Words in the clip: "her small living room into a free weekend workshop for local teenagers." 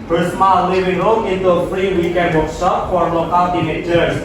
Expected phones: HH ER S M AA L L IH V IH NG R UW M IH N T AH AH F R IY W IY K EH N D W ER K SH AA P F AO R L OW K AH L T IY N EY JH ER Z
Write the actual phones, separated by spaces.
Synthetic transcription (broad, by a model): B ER S M AA L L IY W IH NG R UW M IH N T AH F R IY W IY K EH N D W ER K S AA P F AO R L OW K AH L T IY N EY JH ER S